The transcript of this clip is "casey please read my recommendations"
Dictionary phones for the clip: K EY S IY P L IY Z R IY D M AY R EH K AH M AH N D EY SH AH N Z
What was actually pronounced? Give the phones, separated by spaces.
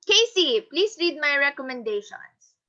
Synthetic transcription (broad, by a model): K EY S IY P L IY S R IY D M AY R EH K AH M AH N D EY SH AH N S